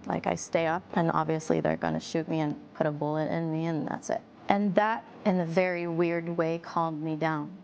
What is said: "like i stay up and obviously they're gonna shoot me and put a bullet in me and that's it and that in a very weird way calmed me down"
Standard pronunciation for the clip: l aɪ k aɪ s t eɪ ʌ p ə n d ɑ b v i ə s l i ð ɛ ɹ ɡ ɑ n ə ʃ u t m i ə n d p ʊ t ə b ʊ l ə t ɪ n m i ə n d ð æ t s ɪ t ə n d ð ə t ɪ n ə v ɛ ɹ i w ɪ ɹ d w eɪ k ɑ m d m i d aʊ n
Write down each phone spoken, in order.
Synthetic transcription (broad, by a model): l aɪ k aɪ s t eɪ ʌ p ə n ɑ b v i ə s l i ð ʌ ɹ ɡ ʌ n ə ʃ u t m i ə n p ʊ t ə b ʊ l ə t ɪ n m i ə n ð æ t s ɪ t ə n ð ə t ɪ n ə v ɛ ɹ i w ɪ ɹ d w eɪ k ɑ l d m i d aʊ n